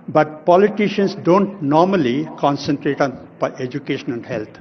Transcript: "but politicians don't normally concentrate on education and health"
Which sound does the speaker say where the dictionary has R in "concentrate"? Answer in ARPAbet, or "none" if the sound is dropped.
R